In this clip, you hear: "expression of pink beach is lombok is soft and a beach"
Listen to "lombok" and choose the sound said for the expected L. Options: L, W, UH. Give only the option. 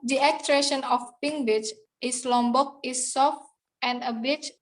L